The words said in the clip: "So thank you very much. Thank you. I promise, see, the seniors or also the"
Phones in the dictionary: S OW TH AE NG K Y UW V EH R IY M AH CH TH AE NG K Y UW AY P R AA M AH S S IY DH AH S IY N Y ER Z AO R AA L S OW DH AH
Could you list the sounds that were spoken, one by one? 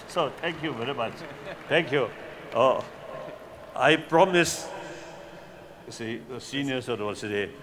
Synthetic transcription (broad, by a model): S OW T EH NG K Y UW V EH R IY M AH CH T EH NG K Y UW AY P R AA M AH S S IY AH S IY N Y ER S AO W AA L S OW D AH